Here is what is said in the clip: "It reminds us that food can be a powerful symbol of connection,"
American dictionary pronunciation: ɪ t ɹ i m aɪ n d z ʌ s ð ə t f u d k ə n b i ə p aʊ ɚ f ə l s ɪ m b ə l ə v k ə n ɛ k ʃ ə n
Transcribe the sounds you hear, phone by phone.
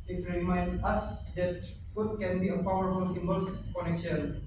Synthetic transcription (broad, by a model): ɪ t ɹ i m aɪ n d ʌ s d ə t f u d k ə n b i ə p aʊ ɚ f ə l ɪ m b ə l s k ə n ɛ k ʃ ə n